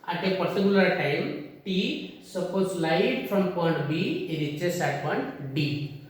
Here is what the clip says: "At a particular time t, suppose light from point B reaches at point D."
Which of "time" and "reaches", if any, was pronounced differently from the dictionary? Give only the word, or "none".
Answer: reaches